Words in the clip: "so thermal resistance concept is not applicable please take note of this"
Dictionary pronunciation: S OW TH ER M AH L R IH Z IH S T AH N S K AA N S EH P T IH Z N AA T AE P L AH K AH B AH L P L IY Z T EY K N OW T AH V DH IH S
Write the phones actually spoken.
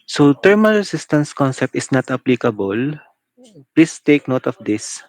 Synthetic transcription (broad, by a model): S OW T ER M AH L R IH S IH S T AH N S K AA N S EH P T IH S N AA T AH P L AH K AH B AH L P L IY S T EY K N OW T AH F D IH S